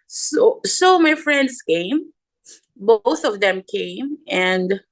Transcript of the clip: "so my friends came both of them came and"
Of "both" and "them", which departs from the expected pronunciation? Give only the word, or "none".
none